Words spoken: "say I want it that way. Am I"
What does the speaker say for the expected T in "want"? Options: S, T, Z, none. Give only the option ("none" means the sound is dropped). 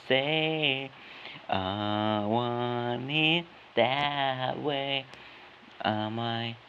none